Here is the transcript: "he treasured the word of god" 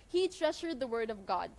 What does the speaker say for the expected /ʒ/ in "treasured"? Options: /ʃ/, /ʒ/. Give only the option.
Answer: /ʃ/